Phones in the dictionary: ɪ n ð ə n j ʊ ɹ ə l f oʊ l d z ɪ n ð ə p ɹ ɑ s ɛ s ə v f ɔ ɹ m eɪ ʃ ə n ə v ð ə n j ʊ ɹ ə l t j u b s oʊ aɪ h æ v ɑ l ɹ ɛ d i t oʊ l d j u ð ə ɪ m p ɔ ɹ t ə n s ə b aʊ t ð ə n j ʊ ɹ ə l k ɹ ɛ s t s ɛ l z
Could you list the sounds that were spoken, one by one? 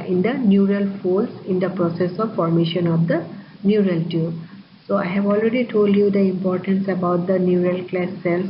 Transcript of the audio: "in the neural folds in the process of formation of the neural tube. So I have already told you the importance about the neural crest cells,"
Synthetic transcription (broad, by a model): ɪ n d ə n j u ɹ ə l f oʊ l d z ɪ n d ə p ɹ ɑ s ɛ s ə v f ɔ ɹ m eɪ ʃ ə n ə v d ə n j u ɹ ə l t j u s oʊ aɪ h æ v ɑ l ɹ ɛ d i t oʊ l d j u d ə ɪ m p ɔ ɹ t ə n s ə b aʊ t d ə n j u ɹ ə l k l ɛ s s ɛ l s